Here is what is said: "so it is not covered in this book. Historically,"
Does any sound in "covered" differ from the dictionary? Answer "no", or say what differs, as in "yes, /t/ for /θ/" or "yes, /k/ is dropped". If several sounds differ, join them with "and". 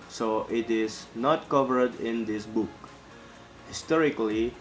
no